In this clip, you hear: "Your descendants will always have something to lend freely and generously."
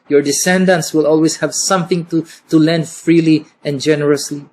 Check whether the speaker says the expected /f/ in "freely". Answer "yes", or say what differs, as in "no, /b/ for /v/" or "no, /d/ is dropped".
yes